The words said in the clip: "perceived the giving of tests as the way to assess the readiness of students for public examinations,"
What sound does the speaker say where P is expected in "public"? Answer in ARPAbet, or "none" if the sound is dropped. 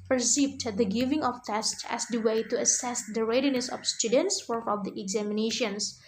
F